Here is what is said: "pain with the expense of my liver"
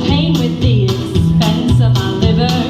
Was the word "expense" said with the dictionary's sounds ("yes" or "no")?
no